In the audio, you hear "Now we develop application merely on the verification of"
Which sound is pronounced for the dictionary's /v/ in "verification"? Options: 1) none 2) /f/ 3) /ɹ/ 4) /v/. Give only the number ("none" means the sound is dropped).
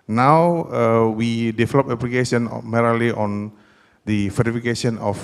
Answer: 2